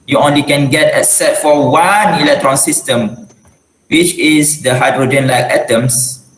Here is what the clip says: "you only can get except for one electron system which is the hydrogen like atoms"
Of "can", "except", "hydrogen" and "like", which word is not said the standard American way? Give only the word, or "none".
except